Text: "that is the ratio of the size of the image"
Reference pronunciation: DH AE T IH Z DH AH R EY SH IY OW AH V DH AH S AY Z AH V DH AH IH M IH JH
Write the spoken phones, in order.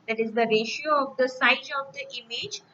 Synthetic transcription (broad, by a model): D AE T IH Z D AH R EY SH IY OW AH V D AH S AY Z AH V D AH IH M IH JH